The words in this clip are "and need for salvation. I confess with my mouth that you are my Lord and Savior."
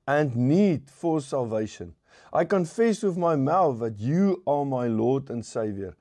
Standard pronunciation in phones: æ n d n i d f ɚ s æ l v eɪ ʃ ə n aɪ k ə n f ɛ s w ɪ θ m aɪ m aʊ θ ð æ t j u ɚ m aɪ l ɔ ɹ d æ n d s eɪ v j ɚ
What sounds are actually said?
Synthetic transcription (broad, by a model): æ n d n i d f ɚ s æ l v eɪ ʃ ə n aɪ k ə n f ɛ s w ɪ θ m aɪ m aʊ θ ð æ t j u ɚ m aɪ l ɔ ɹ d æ n s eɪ v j ɚ